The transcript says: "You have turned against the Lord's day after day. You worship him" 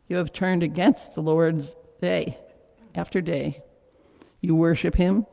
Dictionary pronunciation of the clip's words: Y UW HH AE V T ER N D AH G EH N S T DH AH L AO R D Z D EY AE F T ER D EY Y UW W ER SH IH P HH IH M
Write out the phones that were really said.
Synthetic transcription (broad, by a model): Y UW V T ER N D AH G EH N S T DH AH L AO R D Z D EY AE F T ER D EY Y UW W ER SH IH P HH IH M